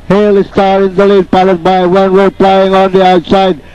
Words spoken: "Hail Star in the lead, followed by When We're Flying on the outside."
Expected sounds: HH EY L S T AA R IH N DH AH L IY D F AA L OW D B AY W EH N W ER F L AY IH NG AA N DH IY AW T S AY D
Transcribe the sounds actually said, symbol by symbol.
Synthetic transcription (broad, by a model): HH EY L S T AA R IH N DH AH L IY D P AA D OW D B AY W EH N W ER P L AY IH NG AA N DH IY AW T S AY D